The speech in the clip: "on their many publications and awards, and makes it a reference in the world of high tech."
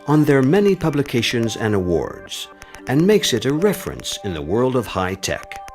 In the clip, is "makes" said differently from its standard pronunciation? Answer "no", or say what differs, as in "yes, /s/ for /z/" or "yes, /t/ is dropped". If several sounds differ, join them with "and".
no